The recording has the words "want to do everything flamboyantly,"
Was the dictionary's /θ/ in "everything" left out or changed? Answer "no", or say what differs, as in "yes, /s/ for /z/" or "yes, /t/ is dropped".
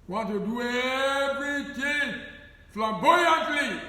yes, /t/ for /θ/